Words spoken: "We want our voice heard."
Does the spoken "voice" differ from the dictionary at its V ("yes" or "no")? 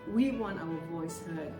no